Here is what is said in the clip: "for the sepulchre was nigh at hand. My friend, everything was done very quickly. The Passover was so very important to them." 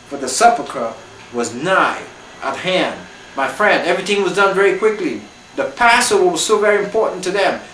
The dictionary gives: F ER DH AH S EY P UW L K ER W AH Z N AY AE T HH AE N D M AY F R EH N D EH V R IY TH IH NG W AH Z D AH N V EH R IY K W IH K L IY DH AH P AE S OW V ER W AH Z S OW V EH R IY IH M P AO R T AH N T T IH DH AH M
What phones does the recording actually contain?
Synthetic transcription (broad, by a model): F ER DH AH S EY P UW K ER W AH Z N AY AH T HH AE N D M AY F R EH N D EH V R IY TH IH NG W AH Z D AH N V EH R IY K W IH K L IY DH AH P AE S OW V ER W AH Z S OW V EH R IY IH M P AO R T N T T IH DH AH M